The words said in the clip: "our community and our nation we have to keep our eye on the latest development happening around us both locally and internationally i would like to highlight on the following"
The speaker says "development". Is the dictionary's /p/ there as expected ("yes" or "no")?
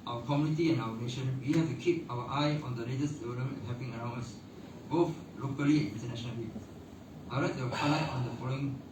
no